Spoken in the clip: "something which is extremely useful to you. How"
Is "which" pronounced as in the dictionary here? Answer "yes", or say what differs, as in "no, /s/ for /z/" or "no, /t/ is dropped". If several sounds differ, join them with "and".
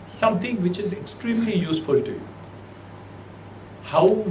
yes